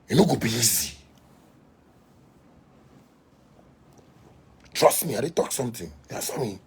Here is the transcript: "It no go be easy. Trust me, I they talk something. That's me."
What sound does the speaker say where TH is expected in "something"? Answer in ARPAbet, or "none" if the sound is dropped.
T